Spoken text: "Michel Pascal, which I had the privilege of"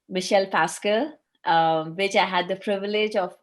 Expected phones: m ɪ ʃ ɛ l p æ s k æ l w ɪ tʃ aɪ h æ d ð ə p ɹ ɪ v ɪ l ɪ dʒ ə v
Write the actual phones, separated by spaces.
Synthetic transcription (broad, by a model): m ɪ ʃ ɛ l p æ s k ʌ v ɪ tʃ aɪ h æ d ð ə p ɹ ɪ v ɪ l ɪ dʒ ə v